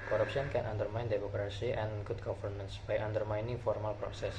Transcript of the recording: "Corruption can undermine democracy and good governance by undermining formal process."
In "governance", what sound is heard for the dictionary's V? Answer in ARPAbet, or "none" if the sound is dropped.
F